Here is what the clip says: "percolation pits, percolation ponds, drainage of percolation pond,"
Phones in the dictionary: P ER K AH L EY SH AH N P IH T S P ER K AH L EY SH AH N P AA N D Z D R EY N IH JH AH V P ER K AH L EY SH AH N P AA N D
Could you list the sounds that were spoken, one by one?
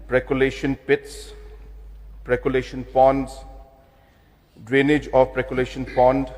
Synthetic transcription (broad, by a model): P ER K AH L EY SH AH N P IH T S P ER K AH L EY SH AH N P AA N D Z D R EY N IH JH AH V P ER K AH L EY SH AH N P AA N D